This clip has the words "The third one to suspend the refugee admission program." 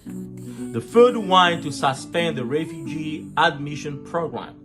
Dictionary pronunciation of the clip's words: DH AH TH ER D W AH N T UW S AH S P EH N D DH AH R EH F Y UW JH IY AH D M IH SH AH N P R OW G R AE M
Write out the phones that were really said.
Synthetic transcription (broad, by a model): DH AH F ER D W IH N T UW S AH S P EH N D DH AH R EH F Y UW JH IY AH D M IH SH AH N P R OW G R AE M